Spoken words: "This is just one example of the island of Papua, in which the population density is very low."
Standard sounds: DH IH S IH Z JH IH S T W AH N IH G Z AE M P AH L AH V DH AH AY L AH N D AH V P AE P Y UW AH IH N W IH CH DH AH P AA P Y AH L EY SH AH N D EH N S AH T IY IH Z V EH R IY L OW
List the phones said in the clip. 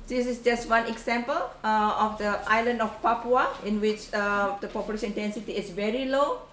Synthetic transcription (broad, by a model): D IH S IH S JH IH S T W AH N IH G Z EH M P AH L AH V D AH AY L AH N D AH F P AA P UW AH IH N W IH CH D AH P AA P Y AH L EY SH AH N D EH N S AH T IY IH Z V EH R IY L OW